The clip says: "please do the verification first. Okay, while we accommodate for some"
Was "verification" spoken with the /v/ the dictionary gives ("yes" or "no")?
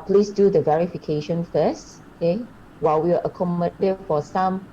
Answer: yes